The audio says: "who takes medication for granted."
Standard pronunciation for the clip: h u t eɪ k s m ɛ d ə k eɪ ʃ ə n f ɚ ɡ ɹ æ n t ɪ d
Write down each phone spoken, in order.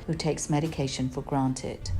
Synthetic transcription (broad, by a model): h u t eɪ k s m ɛ d ə k eɪ ʃ ə n f ɚ ɡ ɹ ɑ n t ɪ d